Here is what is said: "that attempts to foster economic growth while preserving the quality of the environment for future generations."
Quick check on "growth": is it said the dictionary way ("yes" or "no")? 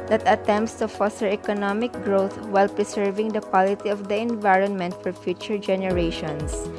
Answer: no